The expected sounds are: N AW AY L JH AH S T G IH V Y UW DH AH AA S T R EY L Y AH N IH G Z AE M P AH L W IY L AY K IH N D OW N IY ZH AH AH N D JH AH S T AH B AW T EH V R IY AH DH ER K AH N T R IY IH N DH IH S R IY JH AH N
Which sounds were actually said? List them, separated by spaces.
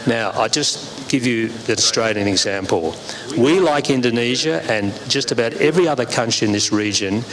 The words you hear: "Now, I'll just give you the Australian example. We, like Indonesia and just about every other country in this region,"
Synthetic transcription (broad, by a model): N AW AY JH AH S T G IH V Y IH DH AH S T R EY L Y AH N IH G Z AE M P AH L W IY L AY K IH N D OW N IY ZH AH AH N JH AH S T AH B AW T EH V R IY AH DH ER K AH N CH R IY IH N DH IH S R IY JH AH N